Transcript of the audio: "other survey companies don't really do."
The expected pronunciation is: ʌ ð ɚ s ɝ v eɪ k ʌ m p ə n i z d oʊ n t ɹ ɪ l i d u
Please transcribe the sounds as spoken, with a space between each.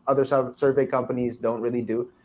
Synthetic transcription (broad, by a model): ʌ ð ɚ s ɝ v eɪ k ʌ m p ə n i z d oʊ n t ɹ ɪ l i d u